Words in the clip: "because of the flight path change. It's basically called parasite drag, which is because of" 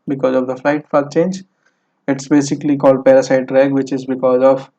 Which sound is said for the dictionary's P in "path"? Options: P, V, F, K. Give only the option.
F